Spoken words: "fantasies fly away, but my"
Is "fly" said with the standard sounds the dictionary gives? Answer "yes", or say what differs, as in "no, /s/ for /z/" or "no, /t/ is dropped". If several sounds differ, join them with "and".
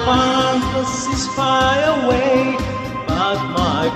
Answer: no, /l/ is dropped